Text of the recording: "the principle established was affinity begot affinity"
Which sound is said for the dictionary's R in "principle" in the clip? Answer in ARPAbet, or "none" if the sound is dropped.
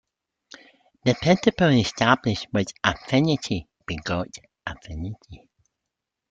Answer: none